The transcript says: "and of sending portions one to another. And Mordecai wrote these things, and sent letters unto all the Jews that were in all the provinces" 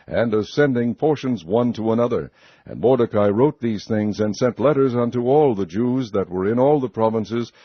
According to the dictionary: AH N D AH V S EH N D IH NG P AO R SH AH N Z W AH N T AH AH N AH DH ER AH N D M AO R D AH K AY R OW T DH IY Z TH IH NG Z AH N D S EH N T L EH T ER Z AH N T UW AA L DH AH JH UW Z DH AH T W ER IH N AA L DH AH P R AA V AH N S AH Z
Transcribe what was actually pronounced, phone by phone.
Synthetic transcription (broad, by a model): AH N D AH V S EH N D IH NG P AO R SH AH N Z W AH N T AH AH N AH DH ER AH N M AO R D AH K AY R OW T DH IY Z TH IH NG Z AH N S EH N T L EH T ER Z AH N T UW AA L DH AH JH UW Z DH AH T W ER IH N AA L DH AH P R AA V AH N S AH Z